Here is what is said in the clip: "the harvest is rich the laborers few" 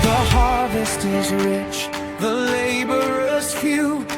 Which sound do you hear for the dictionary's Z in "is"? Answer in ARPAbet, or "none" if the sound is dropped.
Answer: Z